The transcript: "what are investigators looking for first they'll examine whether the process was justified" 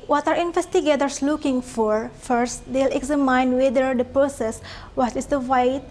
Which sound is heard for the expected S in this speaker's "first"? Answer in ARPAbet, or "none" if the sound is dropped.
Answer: S